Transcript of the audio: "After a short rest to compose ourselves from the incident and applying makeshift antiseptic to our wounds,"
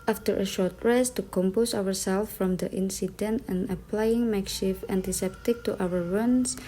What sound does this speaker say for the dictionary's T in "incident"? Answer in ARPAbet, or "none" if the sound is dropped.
T